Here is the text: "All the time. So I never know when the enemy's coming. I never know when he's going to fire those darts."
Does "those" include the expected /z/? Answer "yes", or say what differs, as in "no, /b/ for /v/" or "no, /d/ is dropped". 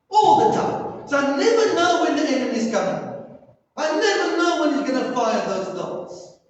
yes